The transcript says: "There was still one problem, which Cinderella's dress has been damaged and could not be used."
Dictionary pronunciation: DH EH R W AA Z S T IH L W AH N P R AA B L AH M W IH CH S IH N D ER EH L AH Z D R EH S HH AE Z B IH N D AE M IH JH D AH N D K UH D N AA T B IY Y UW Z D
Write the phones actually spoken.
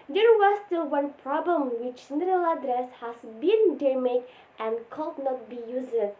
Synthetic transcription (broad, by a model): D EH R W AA S T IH L W AH N P R AA B L AH M W IH CH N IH D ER L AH D R EH S HH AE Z B IH N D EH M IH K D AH N K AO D N AA T B IY Y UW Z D